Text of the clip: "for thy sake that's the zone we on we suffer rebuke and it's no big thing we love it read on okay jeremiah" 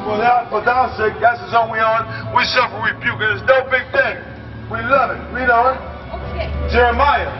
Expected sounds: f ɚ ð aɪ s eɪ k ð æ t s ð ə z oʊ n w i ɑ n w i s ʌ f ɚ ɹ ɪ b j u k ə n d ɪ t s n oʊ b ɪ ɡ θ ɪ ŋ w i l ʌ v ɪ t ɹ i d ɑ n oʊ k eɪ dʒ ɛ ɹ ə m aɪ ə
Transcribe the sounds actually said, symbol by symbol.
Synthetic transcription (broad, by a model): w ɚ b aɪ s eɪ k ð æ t s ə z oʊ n w i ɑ n w i s ʌ f ɚ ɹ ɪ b j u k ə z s n oʊ b ɪ ɡ θ ɪ ŋ w i l ʌ v ɪ t w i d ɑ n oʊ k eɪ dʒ ɛ ɹ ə m aɪ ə